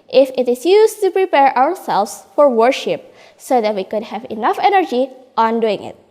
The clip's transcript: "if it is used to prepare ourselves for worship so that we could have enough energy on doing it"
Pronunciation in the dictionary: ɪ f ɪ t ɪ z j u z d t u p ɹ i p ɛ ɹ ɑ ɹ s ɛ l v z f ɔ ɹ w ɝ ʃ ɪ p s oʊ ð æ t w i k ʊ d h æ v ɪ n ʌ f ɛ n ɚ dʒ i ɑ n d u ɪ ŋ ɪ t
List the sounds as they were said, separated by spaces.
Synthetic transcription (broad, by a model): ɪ f ɪ t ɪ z j u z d t u p ɹ i p ɛ ɹ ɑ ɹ s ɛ l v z f ɔ ɹ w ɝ ʃ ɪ p s oʊ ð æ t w i k ʊ d h æ v ɪ n ʌ f ɛ n ɚ dʒ i ɑ n d u ɪ ŋ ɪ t